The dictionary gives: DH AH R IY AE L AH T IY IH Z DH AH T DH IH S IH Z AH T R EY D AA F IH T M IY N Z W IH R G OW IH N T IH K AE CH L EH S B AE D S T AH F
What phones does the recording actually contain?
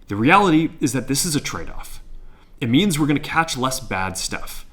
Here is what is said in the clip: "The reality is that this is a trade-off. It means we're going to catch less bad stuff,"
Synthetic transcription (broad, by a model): DH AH R IY AE L AH T IY IH Z DH AH T DH IH S IH Z AH T R EY D AA F IH T M IY N Z W IH R G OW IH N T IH K AE CH L EH S B AE D S T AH F